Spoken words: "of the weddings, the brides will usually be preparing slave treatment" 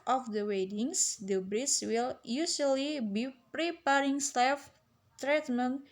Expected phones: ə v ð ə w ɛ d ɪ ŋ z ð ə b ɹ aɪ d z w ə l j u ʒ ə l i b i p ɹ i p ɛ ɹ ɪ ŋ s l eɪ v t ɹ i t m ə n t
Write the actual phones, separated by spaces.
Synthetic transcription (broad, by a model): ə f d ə w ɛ d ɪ ŋ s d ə b ɹ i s w ə l j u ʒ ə l i b i p ɹ i p ɛ ɹ ɪ ŋ s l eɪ f t ɹ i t m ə n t